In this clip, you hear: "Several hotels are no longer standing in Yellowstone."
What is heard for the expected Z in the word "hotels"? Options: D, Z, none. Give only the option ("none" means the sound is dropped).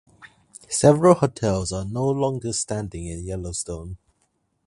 Z